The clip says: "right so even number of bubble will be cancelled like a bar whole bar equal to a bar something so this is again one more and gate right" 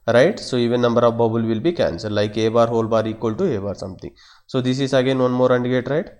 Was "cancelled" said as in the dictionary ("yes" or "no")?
no